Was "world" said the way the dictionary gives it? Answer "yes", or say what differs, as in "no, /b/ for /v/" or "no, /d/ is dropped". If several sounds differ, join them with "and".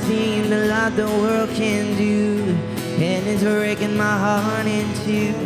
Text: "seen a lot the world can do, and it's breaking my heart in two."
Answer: yes